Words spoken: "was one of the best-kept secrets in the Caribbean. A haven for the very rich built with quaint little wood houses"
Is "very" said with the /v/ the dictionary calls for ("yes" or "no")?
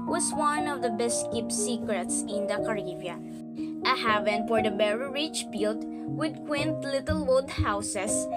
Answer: no